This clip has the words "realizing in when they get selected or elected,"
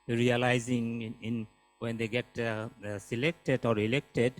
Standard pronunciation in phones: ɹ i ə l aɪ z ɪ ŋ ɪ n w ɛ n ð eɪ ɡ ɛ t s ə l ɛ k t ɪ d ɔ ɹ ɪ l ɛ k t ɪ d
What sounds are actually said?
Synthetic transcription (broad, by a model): ɹ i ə l aɪ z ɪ ŋ ɪ n w ɛ n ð eɪ ɡ ɛ t s ə l ɛ k t ɪ d ɔ ɹ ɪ l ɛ k t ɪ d